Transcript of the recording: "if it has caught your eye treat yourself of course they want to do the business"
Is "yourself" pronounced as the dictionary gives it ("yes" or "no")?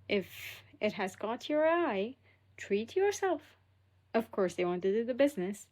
yes